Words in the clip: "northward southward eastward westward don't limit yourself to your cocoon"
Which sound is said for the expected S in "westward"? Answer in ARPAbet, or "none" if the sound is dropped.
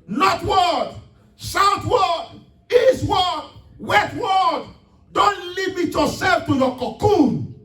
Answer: none